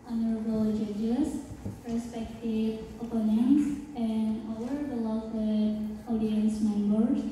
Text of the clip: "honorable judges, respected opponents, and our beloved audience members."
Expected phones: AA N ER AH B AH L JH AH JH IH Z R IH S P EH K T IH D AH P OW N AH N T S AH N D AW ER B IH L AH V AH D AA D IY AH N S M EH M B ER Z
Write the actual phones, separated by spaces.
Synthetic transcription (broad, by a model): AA N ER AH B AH L JH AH JH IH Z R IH S P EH K T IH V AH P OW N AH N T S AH N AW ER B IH L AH W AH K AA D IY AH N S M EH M B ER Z